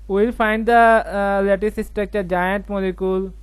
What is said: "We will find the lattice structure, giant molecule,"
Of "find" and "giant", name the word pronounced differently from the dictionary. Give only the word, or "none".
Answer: none